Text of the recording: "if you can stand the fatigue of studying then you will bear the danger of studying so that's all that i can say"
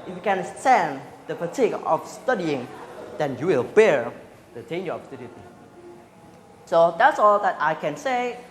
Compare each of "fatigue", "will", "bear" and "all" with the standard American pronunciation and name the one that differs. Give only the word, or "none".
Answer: fatigue